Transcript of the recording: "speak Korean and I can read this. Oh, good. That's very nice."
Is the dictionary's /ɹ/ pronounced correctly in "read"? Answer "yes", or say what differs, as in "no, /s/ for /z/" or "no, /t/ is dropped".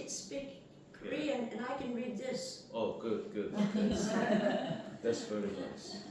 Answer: yes